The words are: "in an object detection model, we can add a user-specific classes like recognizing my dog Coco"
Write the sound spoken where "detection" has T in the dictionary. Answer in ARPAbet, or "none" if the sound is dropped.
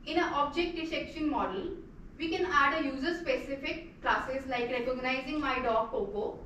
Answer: S